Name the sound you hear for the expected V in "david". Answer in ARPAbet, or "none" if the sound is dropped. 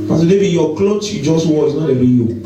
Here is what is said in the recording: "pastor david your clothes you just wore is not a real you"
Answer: B